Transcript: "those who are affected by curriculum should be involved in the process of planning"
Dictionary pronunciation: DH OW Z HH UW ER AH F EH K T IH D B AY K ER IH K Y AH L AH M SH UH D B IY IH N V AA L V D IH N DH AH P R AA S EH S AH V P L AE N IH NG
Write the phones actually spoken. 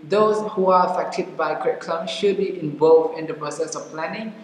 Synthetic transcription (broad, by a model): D OW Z HH UW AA AH F EH K T IH D B AY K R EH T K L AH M SH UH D B IY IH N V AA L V IH N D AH P R AA S EH S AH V P L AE N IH NG